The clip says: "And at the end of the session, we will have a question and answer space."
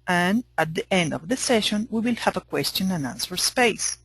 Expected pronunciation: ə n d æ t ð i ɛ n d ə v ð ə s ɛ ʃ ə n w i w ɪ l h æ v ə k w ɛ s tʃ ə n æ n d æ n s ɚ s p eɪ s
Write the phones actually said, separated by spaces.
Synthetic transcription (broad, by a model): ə n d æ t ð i ɛ n d ə v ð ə s ɛ ʃ ə n w i w ɪ l h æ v ə k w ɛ s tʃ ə n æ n æ n s ɚ s p eɪ s